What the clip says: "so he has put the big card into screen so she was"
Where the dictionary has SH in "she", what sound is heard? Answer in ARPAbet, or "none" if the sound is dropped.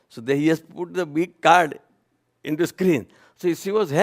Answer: S